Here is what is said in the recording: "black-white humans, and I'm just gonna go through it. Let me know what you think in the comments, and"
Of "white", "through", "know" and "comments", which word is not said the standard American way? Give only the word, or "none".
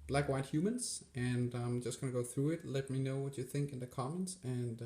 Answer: none